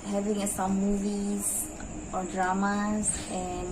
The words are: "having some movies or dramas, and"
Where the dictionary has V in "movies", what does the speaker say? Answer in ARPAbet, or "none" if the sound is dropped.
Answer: V